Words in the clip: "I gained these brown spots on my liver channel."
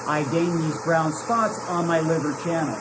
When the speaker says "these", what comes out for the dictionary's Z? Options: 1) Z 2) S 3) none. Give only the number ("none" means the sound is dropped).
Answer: 1